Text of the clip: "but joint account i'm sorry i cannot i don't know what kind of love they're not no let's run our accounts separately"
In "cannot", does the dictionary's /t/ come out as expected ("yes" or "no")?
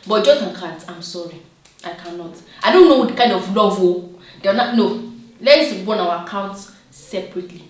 yes